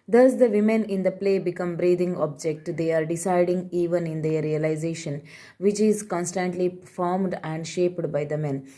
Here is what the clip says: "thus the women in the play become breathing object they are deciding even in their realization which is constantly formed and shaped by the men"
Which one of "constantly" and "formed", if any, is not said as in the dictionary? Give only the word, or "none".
none